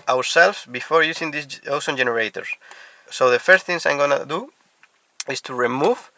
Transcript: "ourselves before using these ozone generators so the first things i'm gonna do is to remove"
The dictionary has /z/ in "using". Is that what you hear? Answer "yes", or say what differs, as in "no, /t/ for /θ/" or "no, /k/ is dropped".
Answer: no, /s/ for /z/